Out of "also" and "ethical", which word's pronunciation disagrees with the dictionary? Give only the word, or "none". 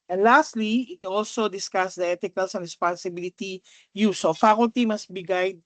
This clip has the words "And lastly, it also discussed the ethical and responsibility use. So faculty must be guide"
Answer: ethical